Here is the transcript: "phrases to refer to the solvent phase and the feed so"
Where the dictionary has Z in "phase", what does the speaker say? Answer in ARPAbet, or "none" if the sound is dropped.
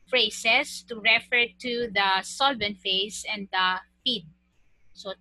S